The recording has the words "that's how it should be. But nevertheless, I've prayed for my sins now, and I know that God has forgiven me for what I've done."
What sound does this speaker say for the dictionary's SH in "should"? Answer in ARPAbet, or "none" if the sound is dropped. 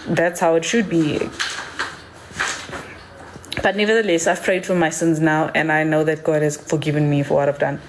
SH